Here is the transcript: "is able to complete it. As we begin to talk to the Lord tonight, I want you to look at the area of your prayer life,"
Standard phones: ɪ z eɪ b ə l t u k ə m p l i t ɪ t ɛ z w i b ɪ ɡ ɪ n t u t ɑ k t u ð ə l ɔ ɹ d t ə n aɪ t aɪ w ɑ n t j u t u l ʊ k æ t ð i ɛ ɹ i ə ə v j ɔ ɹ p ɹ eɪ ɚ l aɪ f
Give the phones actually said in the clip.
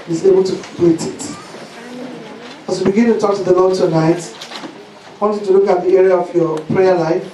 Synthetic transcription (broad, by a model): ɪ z eɪ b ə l t u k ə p i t ɪ t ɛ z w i b ɪ ɡ ɪ n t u t ɑ k t u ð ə l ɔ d t ə n aɪ t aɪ w ɑ n t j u t u l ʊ k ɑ t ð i ɛ ɹ i ə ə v j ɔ p ɹ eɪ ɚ l aɪ f